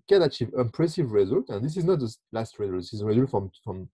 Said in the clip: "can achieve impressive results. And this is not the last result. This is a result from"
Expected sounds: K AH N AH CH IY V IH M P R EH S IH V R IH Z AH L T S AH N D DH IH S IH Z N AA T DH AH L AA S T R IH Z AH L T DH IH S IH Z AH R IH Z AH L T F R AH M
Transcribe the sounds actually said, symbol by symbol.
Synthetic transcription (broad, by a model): K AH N AH CH IY V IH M P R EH S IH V R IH Z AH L T AH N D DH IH S IH Z N AA T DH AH L AA S T R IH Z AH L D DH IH S IH Z AH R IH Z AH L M F R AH M